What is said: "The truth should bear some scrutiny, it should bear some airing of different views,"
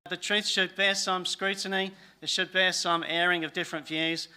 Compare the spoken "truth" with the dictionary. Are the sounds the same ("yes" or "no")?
yes